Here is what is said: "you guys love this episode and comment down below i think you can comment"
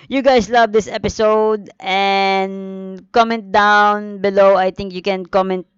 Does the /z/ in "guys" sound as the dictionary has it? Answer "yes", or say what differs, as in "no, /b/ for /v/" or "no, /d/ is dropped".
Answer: no, /s/ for /z/